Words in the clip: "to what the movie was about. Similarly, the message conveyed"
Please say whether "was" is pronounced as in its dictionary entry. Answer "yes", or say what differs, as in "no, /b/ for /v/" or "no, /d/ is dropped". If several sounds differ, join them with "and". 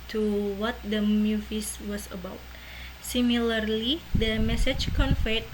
no, /s/ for /z/